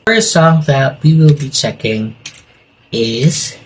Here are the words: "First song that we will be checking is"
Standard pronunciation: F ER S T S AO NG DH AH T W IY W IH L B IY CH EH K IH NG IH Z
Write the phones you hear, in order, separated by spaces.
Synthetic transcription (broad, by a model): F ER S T S AO NG DH AH T W IY W IH L B IY CH EH K IH NG IH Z